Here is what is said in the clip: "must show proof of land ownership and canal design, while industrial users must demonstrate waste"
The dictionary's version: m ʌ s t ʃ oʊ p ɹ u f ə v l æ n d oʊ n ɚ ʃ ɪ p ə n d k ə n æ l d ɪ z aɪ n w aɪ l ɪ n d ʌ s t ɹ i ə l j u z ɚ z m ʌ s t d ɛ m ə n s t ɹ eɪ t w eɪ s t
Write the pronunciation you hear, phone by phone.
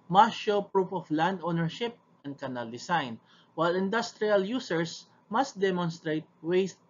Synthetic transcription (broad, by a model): m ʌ ʃ oʊ p ɹ u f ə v l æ n d oʊ n ɚ ʃ ɪ p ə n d k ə n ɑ l d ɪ s aɪ n w aɪ l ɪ n d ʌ s t ɹ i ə l j u s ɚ s m ʌ s t d ɛ m ə n s t ɹ eɪ t w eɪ s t